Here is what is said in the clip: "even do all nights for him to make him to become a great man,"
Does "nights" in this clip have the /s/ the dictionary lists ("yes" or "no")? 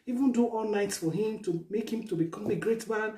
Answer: yes